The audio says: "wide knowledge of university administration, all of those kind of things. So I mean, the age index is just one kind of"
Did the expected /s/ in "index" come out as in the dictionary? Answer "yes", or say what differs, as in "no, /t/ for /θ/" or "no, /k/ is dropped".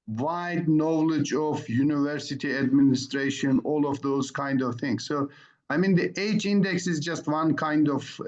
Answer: yes